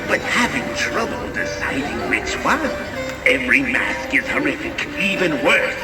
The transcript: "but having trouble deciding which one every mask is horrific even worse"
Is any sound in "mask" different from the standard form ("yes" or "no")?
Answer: no